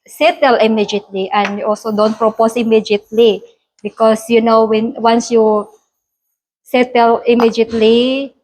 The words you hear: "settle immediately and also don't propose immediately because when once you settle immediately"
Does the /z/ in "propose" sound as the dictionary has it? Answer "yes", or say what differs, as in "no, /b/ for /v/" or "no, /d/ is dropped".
no, /s/ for /z/